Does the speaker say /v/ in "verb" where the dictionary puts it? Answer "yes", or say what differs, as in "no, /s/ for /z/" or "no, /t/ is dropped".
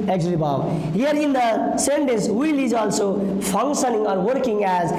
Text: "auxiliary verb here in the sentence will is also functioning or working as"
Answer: no, /b/ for /v/